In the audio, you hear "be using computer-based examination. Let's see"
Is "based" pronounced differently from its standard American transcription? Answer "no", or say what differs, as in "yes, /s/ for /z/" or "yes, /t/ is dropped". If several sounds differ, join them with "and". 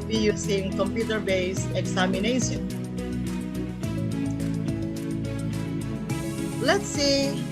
yes, /t/ is dropped